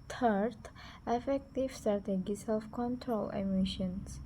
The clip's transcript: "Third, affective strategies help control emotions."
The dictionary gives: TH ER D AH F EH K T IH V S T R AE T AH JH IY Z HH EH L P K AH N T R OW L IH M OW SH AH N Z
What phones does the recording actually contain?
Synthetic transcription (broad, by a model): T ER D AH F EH K T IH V S T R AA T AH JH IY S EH L F K AH N T R OW L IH M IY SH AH N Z